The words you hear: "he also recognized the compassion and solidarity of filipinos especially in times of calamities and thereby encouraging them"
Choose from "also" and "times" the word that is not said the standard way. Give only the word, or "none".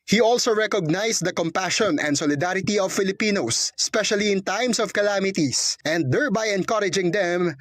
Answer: times